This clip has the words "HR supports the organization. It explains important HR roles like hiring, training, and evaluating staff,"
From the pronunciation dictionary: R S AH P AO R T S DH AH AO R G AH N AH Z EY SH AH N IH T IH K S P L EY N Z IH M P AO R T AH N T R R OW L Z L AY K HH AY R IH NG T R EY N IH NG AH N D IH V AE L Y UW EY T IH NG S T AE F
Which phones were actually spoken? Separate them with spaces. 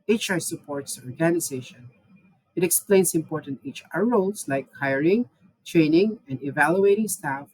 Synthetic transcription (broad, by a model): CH S AH P AO R T S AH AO R G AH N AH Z EY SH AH N IH T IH K S P L EY N S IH M P AO R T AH N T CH R OW L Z L AY K HH AY R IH NG T R EY N IH NG AH N D IH V AE L Y UW EY T IH NG S T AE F